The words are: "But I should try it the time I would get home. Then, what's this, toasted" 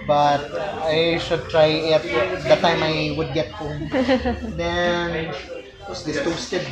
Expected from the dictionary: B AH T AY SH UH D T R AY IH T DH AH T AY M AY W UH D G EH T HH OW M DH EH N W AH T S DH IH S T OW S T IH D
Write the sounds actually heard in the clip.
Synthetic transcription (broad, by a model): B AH T AY SH UH D T R AY IH T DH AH T AY M AY W UH D G EH T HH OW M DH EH N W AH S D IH T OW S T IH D